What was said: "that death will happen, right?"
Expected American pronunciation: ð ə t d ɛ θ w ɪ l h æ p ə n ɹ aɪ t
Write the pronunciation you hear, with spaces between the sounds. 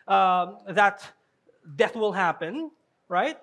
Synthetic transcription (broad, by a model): ð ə t d ɛ θ w ɪ l h æ p ə n ɹ aɪ t